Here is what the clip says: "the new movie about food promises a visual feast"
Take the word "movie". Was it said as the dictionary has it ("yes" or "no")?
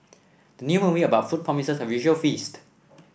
no